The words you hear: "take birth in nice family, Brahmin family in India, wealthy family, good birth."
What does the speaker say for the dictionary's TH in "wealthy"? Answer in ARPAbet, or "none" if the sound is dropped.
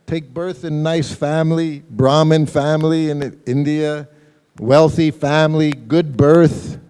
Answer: TH